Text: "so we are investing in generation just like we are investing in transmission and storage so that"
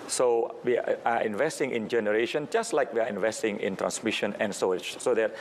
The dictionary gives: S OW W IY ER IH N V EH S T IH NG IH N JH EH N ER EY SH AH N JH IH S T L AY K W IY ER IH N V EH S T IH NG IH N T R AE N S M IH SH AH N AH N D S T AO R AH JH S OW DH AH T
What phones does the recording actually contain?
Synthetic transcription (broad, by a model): S OW W IY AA IH N V EH S T IH NG IH N JH EH N ER EY SH AH N JH IH S T L AY K W IY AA IH N V EH S T IH NG IH N T R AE N S M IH SH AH N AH N S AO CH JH S OW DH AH T